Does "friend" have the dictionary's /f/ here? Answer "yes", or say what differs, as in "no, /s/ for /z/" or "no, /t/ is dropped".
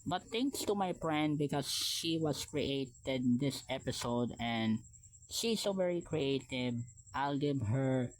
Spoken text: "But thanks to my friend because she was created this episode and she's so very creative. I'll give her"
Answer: no, /p/ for /f/